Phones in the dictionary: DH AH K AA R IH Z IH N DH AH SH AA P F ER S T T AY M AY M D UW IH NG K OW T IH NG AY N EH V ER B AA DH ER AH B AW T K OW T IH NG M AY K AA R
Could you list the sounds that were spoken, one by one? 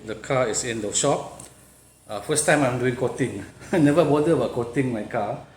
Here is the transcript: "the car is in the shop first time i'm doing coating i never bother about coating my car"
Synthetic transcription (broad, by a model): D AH K AA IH S IH N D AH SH AA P F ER S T T AY M AY M D UW IH NG K OW T IH NG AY N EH V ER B AA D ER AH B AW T K OW T IH NG M AY K AA